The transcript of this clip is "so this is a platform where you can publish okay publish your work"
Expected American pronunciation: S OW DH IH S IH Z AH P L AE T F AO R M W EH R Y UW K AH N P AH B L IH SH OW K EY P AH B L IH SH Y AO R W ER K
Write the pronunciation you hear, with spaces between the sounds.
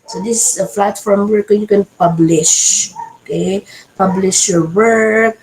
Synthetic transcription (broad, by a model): S OW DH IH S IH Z AH F L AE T F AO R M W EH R Y UW K AH N P AH B L IH SH OW K EY P AH B L IH SH Y AO R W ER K